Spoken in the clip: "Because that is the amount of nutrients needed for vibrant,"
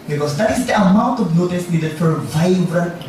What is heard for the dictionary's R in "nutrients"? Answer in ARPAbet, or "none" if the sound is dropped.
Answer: none